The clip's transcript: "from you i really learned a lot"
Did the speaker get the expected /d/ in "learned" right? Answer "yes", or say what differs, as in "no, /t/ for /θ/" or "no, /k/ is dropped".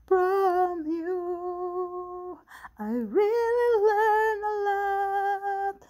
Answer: no, /d/ is dropped